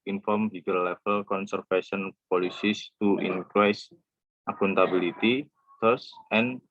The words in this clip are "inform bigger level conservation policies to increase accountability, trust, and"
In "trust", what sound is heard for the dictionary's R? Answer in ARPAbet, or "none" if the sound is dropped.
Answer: none